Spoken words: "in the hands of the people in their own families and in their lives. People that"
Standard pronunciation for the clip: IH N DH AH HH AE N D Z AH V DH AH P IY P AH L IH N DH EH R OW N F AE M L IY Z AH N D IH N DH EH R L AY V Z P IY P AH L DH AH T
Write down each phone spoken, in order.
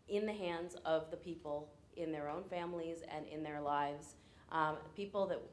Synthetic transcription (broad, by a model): IH N DH AH HH AE N D Z AH V DH AH P IY P L IH N DH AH R OW N F AE M L IY Z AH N IH N DH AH R L AY V Z P IY P L DH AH T